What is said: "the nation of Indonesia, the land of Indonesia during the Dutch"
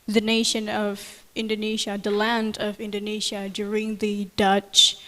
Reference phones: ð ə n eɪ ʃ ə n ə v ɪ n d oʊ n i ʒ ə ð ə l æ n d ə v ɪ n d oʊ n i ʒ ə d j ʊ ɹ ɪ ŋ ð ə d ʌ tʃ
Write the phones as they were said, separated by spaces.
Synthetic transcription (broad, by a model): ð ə n eɪ ʃ ə n ə v ɪ n d oʊ n i ʒ ə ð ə l æ n d ə v ɪ n d oʊ n i ʒ ə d j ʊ ɹ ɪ ŋ ð ə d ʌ tʃ